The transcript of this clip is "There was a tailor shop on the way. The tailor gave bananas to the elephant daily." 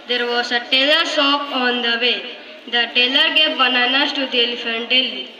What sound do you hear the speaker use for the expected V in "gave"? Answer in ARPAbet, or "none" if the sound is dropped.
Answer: P